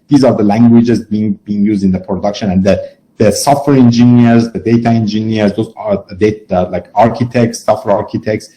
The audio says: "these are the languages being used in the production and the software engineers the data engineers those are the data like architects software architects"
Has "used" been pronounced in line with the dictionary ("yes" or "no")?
yes